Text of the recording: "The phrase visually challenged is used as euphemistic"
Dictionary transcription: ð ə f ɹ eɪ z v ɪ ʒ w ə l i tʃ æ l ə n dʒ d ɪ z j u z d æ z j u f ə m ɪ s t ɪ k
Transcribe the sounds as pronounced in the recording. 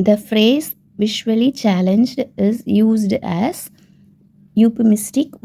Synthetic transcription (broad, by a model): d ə f ɹ eɪ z v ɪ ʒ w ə l i tʃ æ l ə n dʒ d ɪ z j u z d æ z j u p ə m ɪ s t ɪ k